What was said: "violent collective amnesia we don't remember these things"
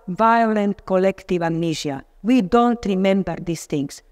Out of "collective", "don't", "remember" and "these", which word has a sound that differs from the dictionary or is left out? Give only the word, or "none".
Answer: these